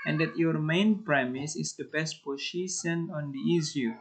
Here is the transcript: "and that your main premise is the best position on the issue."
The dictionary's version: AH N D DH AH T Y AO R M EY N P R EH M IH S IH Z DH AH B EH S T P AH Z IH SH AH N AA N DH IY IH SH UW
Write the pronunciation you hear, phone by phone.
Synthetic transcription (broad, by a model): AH N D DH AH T Y AO R M EY N P R EH M IH S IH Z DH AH B EH S T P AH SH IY S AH N AA N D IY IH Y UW